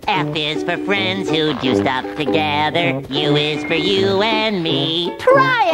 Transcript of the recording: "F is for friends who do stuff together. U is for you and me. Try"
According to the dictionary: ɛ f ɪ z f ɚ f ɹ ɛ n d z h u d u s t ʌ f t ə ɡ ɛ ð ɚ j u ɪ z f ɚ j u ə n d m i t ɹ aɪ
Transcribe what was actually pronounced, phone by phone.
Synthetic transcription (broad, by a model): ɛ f ɪ z f ɚ f ɹ ɛ n d z h u d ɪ s t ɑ p t ə ɡ ɛ ð ɚ j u ɪ z f ɚ j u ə n m i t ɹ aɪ